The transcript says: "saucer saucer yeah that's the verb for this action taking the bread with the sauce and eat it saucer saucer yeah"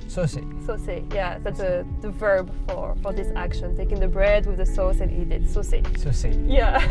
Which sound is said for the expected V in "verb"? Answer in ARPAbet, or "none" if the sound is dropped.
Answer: V